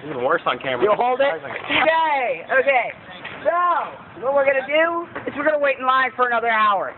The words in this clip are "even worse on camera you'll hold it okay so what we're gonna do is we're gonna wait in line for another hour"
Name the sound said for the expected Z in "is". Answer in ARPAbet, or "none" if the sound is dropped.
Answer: S